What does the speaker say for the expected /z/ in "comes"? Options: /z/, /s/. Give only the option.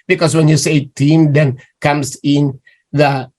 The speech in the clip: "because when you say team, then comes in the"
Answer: /s/